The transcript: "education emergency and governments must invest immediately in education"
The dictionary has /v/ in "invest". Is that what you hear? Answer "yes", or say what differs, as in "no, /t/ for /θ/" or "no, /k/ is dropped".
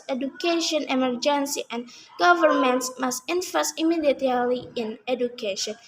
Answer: no, /f/ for /v/